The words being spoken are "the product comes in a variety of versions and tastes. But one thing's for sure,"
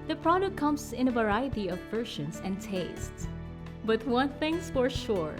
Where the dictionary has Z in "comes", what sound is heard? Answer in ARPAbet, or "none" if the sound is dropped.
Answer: S